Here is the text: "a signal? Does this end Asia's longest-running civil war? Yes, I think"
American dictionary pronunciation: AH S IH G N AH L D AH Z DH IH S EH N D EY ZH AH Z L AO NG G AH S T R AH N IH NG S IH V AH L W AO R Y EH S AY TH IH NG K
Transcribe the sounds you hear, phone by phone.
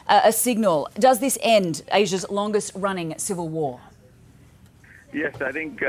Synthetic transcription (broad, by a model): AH S IH G N AH L D AH Z DH IH S EH N D EY ZH AH Z L AO NG G AH S T R AH N IH NG S IH V AH L W AO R Y EH S AY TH IH NG K